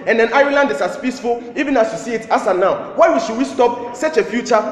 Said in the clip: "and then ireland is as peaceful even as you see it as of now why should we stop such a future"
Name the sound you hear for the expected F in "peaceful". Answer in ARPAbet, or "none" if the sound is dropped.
F